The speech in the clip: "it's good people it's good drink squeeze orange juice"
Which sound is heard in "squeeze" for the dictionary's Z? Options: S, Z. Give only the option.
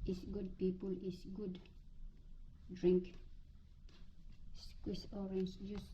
S